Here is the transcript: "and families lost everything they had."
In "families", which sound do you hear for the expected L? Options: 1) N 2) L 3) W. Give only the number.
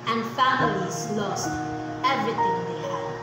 2